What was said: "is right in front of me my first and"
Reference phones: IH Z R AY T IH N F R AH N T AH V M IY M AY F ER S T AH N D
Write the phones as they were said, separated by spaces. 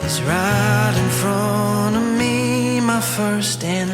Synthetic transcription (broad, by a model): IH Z R AY T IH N F R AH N AH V M IY M AY F ER S T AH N